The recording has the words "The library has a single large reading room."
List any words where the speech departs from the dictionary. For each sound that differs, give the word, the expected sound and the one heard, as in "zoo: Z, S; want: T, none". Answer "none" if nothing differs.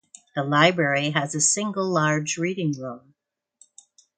room: R, L